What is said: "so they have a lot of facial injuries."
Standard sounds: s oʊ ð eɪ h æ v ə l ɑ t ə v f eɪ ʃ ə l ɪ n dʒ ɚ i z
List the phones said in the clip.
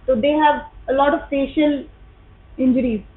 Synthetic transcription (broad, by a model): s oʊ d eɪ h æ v ə l ɑ t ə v p eɪ ʃ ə l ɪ n dʒ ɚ i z